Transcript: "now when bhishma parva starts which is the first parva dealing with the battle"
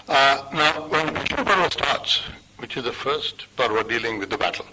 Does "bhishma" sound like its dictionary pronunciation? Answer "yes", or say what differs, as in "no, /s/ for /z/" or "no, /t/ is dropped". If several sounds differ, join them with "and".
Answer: no, /m/ is dropped